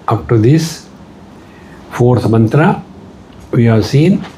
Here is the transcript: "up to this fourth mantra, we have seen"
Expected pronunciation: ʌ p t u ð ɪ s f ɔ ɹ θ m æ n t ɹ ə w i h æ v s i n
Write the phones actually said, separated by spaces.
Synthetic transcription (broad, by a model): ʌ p t u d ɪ s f ɔ ɹ s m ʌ n t ɹ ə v i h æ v s i n